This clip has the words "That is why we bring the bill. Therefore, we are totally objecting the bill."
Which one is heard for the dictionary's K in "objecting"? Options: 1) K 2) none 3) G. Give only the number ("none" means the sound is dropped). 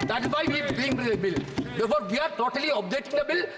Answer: 2